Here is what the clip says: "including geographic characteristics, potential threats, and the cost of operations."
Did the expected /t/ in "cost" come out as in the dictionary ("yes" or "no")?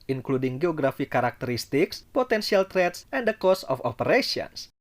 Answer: no